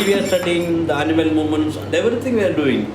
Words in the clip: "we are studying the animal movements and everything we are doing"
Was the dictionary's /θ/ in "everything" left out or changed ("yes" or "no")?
yes